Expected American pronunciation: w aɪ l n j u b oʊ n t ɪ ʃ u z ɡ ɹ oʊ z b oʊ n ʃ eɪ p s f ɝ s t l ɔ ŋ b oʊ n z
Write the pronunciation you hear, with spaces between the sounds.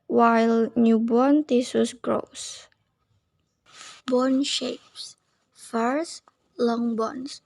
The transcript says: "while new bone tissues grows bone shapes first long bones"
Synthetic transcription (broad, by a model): w aɪ l n j u b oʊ n t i s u s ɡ ɹ oʊ s b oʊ n ʃ eɪ p s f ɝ s l ɔ ŋ b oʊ n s